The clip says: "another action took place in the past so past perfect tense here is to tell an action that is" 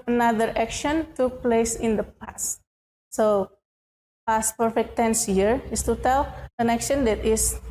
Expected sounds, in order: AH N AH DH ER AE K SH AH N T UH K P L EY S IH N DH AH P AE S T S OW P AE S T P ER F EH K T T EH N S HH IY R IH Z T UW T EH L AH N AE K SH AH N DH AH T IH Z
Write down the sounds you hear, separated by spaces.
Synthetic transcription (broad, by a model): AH N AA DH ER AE K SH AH N T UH K P L EY S IH N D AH P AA S T S OW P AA S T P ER F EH K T T EH N S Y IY R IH S T UW T EH L AH N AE K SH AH N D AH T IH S